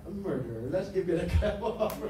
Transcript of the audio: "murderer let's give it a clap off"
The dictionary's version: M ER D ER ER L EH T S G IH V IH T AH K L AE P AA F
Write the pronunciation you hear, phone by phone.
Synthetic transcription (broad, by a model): M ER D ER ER L EH T S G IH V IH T AH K AE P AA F